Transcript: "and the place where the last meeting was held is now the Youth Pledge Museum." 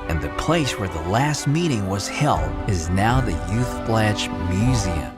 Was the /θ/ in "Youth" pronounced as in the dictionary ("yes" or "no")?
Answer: yes